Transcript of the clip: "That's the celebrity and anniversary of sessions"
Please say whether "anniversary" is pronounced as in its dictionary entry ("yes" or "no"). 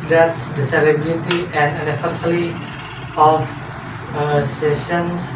no